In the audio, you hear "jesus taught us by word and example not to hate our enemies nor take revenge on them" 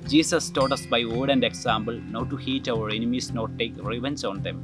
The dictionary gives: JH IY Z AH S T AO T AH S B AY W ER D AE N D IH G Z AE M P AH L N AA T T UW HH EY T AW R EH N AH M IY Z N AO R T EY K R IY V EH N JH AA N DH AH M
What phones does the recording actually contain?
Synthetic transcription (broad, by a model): JH IY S AH S T AO T AH S B AY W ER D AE N D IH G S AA M B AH L N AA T T UW HH EY T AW R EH N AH M IY S N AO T T EY K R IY V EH N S AA N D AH M